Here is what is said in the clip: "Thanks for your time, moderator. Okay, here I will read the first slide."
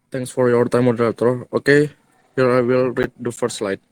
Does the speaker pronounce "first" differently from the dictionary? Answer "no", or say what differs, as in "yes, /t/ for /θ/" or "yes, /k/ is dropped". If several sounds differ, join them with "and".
yes, /s/ is dropped